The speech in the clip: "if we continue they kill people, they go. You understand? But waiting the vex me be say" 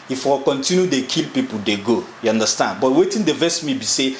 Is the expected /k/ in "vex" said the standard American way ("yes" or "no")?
no